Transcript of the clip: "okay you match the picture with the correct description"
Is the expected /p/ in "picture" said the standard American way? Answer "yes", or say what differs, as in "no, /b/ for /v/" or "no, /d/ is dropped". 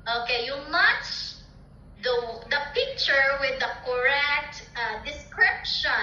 yes